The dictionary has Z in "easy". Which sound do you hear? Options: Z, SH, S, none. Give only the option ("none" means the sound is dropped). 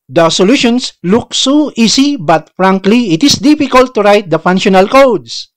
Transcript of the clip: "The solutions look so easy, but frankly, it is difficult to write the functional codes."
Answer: S